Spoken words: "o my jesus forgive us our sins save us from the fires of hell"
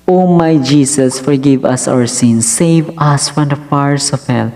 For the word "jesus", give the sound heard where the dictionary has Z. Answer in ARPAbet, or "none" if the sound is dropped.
S